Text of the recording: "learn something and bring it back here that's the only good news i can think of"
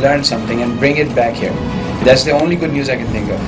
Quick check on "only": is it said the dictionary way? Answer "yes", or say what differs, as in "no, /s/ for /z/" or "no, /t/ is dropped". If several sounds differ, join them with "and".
yes